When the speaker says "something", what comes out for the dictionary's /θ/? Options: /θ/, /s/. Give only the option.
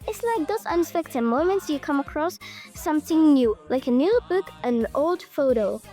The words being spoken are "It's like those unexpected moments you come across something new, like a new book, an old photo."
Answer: /θ/